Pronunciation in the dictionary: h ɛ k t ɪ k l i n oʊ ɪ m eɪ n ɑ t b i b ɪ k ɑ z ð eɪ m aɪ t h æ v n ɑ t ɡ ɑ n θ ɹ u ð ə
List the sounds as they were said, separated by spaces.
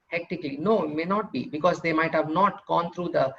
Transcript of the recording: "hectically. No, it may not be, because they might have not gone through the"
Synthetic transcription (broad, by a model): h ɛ k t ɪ k l i n oʊ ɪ m eɪ n ɑ t b i b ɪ k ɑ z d eɪ m aɪ t h æ v n ɑ t ɡ ɑ n t ɹ u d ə